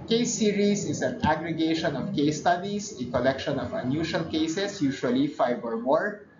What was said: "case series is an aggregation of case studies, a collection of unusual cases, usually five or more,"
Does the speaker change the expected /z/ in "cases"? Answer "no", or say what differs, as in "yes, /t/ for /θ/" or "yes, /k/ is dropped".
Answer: yes, /s/ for /z/